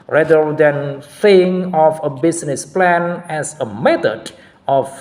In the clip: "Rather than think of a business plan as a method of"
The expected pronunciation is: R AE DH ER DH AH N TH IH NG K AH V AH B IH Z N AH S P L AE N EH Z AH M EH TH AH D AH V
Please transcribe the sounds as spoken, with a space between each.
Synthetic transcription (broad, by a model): R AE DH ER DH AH N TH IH NG AH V AH B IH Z N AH S P L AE N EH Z AH M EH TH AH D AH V